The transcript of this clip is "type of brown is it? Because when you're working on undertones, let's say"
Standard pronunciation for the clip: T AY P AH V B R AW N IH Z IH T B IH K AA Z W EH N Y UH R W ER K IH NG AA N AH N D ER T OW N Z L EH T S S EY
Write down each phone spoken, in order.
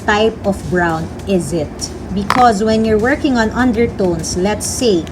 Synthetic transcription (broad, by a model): T AY P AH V B R AW N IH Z IH T B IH K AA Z W EH N Y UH R W ER K IH NG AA N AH N D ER T OW N S L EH T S S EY